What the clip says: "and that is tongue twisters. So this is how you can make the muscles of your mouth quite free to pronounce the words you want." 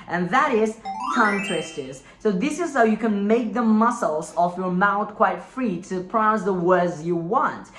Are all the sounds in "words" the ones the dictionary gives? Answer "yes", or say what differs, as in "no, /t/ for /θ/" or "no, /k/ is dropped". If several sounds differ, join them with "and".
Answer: yes